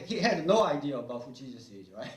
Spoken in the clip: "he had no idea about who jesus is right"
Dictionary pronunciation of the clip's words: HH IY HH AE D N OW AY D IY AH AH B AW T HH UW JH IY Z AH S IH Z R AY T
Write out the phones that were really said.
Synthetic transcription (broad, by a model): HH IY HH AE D N OW AY D IY AH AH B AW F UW CH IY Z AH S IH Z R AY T